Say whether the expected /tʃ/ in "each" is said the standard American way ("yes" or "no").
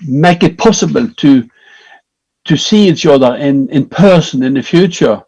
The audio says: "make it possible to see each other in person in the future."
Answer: no